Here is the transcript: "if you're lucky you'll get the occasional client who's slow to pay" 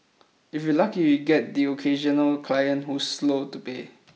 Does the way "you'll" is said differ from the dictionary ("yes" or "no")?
yes